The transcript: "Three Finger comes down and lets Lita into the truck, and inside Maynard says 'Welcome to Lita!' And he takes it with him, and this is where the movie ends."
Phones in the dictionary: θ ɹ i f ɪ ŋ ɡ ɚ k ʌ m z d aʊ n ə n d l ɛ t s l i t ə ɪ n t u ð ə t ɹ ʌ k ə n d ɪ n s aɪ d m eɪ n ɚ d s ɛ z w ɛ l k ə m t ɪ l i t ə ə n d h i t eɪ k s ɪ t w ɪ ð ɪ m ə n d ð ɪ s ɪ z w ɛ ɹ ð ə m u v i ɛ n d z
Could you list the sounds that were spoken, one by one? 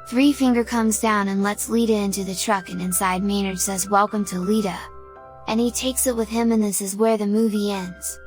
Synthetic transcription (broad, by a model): θ ɹ i f ɪ ŋ ɡ ɚ k ʌ m z d aʊ n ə n l ɛ t s l i t ə ɪ n t u ð ə t ɹ ʌ k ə n ɪ n s aɪ d m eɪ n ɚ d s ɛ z w ɛ l k ə m t ɪ l i t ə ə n i t eɪ k s ɪ t w ɪ ð ɪ m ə n ð ɪ s ɪ z w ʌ ɹ ð ə m u v i ɛ n d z